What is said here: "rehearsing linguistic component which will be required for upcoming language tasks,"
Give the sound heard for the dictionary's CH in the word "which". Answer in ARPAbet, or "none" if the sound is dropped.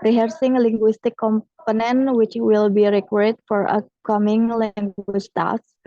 CH